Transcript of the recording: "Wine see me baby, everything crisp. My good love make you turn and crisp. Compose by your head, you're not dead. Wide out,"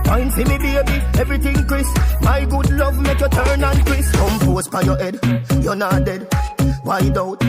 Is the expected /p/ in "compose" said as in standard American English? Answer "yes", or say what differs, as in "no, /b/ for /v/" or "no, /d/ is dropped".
no, /f/ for /p/